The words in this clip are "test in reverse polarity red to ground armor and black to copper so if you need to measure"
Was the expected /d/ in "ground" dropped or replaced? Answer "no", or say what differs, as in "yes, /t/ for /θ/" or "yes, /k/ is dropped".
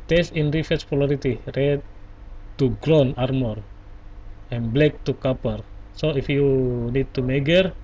yes, /d/ is dropped